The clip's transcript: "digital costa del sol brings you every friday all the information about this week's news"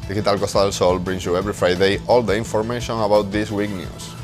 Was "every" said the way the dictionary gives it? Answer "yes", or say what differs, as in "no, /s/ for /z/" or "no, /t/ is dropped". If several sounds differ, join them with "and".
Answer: no, /b/ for /v/